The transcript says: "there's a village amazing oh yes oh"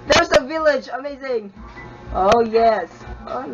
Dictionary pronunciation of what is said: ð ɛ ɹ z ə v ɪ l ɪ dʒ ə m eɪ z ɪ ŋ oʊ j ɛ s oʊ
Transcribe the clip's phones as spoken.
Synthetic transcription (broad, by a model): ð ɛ ɹ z ə v ɪ l ɪ dʒ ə m eɪ z ɪ ŋ oʊ j ɛ s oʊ